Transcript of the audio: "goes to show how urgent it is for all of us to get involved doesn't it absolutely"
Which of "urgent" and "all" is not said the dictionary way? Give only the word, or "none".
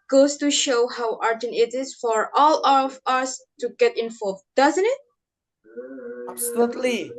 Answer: urgent